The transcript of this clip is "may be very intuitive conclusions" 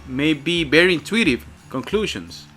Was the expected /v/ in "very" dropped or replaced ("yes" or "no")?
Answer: yes